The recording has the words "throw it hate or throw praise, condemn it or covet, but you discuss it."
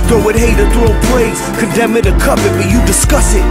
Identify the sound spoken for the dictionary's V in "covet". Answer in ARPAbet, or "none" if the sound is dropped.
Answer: P